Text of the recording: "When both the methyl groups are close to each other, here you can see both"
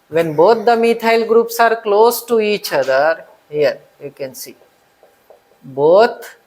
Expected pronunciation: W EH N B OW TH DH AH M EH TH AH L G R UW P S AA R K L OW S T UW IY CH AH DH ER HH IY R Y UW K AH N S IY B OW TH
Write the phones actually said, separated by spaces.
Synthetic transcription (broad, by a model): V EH N B OW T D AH M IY T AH L G R UW P S AA R K L OW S T UW IY CH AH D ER HH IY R Y UW K AH N S IY B OW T